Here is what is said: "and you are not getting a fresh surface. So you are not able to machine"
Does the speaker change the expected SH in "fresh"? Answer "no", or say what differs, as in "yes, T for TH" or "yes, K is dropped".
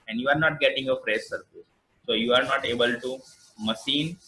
yes, S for SH